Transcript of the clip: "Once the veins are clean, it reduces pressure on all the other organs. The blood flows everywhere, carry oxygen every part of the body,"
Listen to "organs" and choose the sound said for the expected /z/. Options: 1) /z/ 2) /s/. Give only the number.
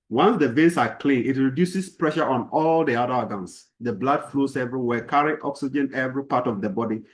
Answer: 2